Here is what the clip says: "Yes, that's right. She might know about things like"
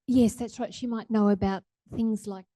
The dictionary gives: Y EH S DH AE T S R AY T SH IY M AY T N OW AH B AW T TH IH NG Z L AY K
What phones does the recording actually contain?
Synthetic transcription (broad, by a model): Y EH S DH AE T S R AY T SH IY M AY T N OW AH B AW T TH IH NG Z L AY K